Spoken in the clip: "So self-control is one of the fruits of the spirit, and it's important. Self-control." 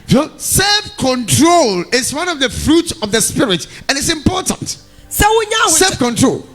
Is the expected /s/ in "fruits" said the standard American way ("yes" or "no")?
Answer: yes